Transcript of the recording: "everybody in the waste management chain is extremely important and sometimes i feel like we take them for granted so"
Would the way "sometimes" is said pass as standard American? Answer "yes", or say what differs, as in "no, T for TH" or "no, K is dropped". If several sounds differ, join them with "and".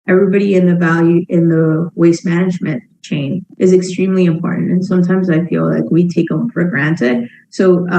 yes